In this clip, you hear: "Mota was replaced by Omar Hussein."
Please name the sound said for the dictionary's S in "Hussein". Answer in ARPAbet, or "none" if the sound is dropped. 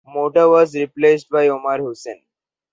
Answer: S